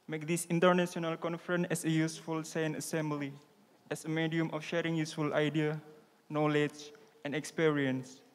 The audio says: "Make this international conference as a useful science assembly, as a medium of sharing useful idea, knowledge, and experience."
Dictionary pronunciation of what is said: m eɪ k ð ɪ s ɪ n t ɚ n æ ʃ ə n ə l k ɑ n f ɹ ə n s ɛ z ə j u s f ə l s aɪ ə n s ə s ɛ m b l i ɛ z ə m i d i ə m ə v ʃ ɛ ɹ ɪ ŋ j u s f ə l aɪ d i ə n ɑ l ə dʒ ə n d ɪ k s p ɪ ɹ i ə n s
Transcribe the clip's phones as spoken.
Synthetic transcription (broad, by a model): m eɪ k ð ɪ s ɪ n t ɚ n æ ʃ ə n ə l k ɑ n f ɹ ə n ɛ s ə j u s f ə l s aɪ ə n ə s ɛ m b l i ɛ s ə m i d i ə m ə f ʃ ɛ ɹ ɪ ŋ j u s f ə l aɪ d i ə n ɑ l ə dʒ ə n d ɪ k s p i ɹ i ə n s